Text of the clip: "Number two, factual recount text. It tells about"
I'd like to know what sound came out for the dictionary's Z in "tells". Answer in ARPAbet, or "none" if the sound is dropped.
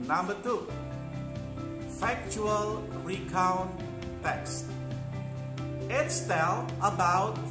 none